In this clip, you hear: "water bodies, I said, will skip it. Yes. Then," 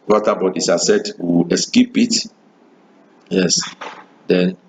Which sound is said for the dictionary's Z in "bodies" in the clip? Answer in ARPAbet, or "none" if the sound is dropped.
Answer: S